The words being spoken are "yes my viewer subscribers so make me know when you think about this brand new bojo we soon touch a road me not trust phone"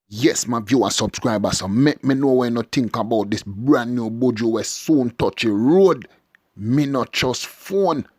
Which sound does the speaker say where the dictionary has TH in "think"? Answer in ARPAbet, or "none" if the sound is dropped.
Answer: T